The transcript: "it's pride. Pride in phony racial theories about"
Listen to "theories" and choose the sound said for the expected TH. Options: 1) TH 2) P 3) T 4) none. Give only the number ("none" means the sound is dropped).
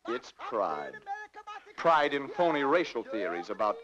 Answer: 1